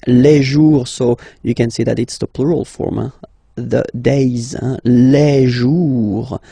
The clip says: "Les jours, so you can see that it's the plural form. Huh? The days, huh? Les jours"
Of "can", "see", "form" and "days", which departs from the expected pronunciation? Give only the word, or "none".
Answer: none